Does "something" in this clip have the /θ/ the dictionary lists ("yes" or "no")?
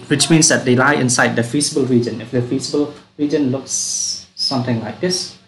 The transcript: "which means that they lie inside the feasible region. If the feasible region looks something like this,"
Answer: no